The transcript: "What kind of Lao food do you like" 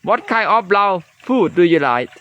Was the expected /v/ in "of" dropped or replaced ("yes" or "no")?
yes